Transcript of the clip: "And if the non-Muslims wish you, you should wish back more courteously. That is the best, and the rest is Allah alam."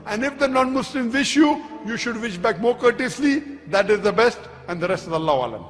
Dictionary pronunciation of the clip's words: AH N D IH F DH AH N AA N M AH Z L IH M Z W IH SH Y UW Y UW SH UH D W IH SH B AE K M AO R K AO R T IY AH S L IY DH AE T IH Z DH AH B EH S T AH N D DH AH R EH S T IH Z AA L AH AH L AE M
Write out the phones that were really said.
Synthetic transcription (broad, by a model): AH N D IH F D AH N AA N M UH S L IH M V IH SH Y UW Y UW SH UH D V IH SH B AE K M AO R K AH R T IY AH S L IY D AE T IH Z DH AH B EH S T AH N D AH R EH S T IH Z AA L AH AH L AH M